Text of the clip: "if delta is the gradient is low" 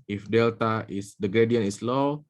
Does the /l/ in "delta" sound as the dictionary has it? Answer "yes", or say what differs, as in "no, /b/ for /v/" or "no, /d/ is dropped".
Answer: yes